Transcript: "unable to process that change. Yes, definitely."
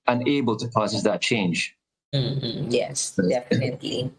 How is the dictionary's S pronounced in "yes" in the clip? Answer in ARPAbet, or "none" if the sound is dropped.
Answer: S